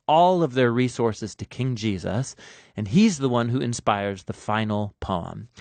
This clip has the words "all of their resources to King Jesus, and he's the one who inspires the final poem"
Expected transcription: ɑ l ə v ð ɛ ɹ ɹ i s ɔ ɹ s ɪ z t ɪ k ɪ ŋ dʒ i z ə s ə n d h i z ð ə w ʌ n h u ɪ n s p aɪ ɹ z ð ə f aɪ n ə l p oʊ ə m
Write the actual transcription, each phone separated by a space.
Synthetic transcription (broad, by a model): ɑ l ə v ð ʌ ɹ ɹ i s ɔ ɹ s ɪ z t ɪ k ɪ ŋ dʒ i z ə s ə n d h i z ð ə w ʌ n h u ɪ n s p aɪ ɹ z ð ə f aɪ n l p oʊ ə m